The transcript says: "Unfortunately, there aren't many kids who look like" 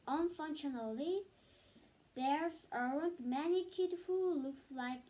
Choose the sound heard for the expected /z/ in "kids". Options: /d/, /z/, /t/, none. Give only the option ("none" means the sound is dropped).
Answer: none